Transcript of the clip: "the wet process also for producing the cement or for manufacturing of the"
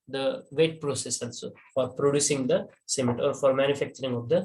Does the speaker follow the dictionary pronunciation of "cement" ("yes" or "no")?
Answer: no